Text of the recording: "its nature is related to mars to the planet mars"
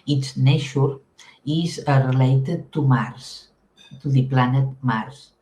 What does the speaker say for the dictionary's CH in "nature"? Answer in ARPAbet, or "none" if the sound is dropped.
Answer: SH